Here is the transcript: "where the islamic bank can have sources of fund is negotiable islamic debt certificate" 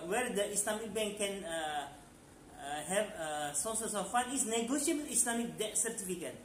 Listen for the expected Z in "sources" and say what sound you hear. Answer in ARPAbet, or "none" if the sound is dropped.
S